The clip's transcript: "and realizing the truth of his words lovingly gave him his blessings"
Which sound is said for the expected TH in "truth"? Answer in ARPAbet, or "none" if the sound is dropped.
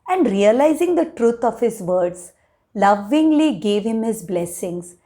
T